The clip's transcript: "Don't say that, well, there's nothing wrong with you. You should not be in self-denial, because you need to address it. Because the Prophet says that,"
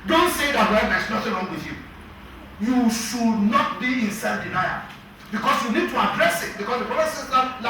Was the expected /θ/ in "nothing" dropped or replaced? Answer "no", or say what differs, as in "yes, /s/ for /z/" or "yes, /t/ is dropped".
yes, /t/ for /θ/